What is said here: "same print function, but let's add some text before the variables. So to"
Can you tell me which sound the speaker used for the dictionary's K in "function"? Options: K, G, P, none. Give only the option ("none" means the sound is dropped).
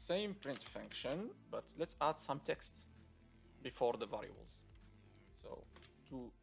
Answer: K